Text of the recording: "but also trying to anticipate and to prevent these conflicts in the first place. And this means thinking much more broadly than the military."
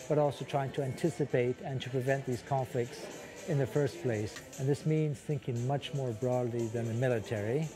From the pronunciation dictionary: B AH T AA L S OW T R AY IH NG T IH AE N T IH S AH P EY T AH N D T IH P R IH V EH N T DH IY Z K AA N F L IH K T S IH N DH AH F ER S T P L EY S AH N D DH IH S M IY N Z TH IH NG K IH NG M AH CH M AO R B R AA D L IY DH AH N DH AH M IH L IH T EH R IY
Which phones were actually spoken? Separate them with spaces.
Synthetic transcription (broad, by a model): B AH T AA L S OW T R AY IH NG T IH AE N T IH S AH P EY T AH N T IH P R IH V EH N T DH IY Z K AA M F L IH K T S IH N DH AH F ER S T P L EY S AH N DH IH S M IY N Z TH IH NG K IH NG M AH CH M AO R B R AA D L IY DH AH N DH AH M IH L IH T EH R IY